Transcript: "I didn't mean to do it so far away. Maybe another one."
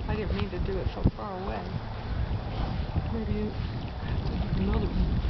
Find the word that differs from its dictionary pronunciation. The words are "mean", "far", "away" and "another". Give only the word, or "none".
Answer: another